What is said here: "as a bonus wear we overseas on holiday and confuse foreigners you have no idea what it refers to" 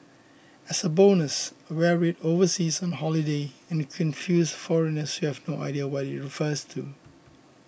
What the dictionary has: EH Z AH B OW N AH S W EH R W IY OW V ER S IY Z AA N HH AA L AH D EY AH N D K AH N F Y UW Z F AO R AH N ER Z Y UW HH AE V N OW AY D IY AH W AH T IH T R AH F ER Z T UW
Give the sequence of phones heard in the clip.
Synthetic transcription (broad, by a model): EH S AH B OW N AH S W EH R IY OW V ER S IY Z AA N HH AA L AH D EY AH N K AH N F Y UW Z F AO R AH N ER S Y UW HH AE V N OW AY D IY AH W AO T IH T R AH F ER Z T UW